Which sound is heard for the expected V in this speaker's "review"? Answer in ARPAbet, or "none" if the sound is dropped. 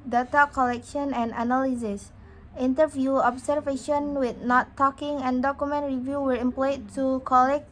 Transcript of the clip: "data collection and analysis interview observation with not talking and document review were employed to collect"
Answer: V